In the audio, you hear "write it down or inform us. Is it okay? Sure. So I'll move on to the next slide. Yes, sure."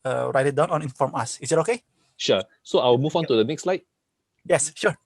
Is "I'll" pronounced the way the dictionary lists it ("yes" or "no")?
no